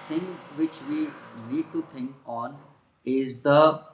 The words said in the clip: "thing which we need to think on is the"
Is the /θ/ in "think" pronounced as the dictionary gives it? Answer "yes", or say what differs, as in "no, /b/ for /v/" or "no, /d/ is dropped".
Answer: no, /t/ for /θ/